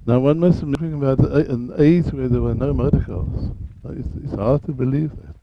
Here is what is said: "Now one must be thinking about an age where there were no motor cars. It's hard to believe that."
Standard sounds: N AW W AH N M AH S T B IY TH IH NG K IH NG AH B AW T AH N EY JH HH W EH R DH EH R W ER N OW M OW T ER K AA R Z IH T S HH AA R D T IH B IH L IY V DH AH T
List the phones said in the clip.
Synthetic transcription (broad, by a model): N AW W AH N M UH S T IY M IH K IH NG AH B AW T AH N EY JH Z W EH R DH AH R W ER N OW M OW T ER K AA L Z IH T S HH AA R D T IH B IH L IY V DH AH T